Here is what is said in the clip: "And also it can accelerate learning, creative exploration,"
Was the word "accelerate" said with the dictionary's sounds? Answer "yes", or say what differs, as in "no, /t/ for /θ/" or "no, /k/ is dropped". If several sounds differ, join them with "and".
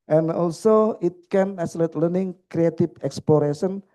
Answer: no, /k/ is dropped